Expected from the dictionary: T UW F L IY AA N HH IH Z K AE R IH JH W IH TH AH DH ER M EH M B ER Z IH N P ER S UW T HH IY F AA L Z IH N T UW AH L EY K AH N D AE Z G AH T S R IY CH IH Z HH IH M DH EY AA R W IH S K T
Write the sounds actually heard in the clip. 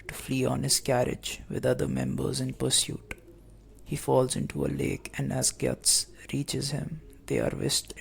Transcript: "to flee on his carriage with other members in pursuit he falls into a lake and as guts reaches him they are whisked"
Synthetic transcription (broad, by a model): T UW F L IY AA N HH IH Z K AE R IH JH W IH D AH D ER M EH M B ER Z IH N P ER S UW T HH IY F AA L Z IH N T UW AH L EY K AH N D AE Z G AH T S R IY CH IH Z HH IH M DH EY AA R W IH S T